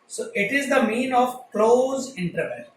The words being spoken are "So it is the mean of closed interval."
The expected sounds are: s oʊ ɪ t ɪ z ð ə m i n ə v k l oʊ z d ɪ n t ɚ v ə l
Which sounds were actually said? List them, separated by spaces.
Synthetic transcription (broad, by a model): s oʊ ɪ t ɪ z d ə m i n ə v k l oʊ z ɪ n t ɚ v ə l